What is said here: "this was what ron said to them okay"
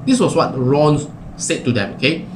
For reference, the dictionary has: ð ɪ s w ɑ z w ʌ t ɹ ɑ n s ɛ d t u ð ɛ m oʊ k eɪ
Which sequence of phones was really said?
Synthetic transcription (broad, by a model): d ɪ s w ɑ s w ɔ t ɹ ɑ n s ɛ d t u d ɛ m oʊ k eɪ